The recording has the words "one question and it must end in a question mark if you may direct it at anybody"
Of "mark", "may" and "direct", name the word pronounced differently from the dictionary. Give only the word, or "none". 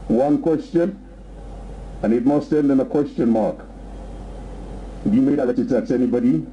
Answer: direct